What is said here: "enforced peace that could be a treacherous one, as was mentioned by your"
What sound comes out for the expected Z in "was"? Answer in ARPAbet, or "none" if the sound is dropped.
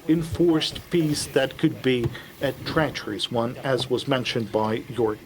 Z